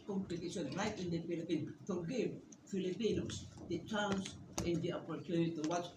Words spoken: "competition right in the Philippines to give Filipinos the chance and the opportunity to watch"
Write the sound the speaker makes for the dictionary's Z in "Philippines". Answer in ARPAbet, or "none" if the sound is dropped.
none